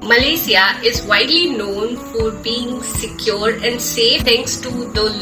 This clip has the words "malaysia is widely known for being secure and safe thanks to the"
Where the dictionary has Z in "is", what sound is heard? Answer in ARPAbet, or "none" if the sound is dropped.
Z